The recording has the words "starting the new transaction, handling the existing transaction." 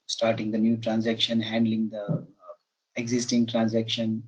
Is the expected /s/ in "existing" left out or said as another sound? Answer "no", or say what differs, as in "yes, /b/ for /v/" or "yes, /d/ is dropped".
no